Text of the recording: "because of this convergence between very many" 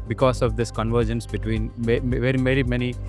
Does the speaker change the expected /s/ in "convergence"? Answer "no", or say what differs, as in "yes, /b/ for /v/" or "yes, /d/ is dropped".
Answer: no